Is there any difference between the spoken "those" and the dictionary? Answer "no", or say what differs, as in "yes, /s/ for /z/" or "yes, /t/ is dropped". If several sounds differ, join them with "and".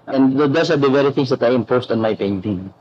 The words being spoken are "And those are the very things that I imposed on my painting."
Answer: yes, /s/ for /z/